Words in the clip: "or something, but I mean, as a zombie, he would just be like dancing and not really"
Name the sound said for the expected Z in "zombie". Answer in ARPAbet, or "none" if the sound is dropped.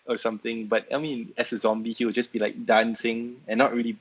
Z